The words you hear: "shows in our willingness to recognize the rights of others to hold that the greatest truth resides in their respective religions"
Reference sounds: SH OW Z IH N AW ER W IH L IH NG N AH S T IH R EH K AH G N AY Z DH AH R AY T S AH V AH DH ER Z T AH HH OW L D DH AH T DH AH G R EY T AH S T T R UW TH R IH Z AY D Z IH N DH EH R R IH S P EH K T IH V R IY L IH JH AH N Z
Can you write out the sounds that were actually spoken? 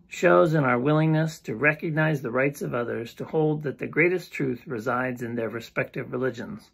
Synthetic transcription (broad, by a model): SH OW Z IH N AW ER W IH L IH NG N AH S T IH R EH K AH G N AY Z DH AH R AY T S AH V AH DH ER Z T AH HH OW L D DH AH T DH AH G R EY T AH S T T R UW TH R IH Z AY D Z IH N DH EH R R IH S P EH K T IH V R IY L IH JH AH N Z